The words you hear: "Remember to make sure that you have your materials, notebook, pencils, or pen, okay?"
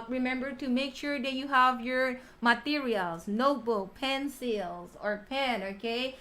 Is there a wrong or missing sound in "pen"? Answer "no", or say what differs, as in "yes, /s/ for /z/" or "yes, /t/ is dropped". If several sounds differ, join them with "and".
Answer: no